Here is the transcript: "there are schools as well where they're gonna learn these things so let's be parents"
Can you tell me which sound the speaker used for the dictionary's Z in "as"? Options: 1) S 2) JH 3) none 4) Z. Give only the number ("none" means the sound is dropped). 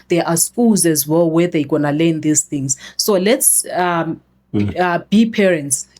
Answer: 4